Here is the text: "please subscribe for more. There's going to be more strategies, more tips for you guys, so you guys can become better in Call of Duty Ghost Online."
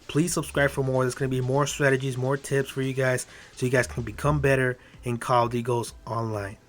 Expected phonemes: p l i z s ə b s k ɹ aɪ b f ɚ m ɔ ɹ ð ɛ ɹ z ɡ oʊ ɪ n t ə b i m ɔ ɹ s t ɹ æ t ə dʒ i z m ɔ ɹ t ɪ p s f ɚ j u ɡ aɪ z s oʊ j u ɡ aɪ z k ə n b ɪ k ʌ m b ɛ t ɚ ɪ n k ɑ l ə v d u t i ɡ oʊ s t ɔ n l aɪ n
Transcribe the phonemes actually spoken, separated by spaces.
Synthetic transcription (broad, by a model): p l i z s ə b s k ɹ aɪ b f ɚ m ɔ ɹ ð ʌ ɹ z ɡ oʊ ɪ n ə b i m ɔ ɹ s t ɹ æ t ə dʒ i z m ɔ ɹ t ɪ p s f ɚ j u ɡ aɪ z s oʊ j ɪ ɡ aɪ z k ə n b ɪ k ʌ m b ɛ t ɚ ɪ n k ɑ l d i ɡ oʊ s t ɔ n l aɪ n